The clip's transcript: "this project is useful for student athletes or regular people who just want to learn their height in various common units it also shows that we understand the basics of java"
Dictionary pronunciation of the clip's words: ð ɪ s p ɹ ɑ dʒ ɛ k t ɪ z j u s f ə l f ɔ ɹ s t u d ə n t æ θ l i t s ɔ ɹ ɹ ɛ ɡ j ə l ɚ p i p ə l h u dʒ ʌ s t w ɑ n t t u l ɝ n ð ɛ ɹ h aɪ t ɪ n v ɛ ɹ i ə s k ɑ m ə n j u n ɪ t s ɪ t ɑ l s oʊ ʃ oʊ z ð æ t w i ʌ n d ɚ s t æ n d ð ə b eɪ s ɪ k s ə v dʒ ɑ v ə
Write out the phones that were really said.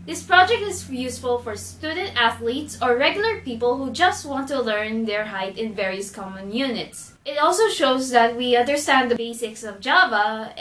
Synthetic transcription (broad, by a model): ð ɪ s p ɹ ɑ dʒ ɛ k t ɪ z j u s f ə l f ɔ ɹ s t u d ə n t æ θ l i t s ɔ ɹ ɹ ɛ ɡ j ə l ɚ p i p ə l h u dʒ ʌ s t w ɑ n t t u l ɝ n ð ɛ ɹ h aɪ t ɪ n v ɛ ɹ i ə s k ɑ m ə n j u n ɪ t s ɪ t ɑ l s oʊ ʃ oʊ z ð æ t w i ʌ n d ɚ s t æ n d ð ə b eɪ s ɪ k s ə v dʒ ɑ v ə